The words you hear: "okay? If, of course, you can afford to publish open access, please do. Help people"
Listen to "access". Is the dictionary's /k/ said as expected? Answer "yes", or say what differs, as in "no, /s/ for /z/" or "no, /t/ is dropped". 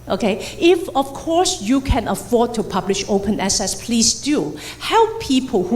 no, /k/ is dropped